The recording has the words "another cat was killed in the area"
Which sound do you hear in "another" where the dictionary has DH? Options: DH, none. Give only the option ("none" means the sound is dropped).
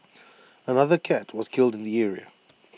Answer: DH